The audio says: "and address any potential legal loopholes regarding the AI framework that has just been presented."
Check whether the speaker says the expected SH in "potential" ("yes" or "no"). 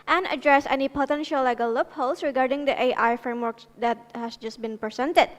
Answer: yes